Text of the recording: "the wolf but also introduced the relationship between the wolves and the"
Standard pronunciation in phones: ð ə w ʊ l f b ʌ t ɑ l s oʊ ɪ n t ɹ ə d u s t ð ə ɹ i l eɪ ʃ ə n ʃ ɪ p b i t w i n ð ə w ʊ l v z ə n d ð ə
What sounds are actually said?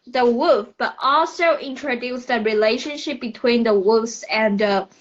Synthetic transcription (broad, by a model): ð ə w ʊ f b ʌ t ɑ l s oʊ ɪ n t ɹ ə d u s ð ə ɹ i l eɪ ʃ ə n ʃ ɪ p b i t w i n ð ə w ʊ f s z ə n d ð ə